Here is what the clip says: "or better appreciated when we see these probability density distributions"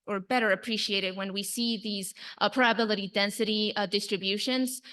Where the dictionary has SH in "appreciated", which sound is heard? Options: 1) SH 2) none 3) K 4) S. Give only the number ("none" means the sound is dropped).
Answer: 1